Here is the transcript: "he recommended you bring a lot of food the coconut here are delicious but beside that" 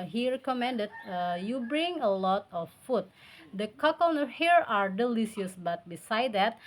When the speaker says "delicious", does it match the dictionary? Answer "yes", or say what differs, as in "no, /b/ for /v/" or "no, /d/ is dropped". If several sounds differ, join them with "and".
no, /s/ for /ʃ/